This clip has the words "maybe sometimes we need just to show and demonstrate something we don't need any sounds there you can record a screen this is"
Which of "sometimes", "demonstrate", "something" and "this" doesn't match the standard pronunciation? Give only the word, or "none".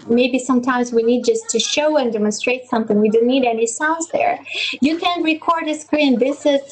none